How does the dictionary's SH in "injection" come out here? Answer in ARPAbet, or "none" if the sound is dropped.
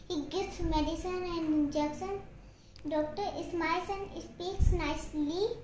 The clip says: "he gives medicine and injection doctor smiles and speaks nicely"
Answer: S